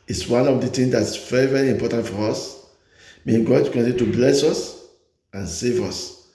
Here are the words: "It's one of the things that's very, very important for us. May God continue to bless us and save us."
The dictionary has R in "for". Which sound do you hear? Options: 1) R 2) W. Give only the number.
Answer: 1